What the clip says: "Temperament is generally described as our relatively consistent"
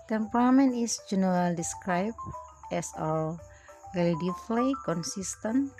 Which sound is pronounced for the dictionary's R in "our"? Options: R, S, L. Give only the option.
L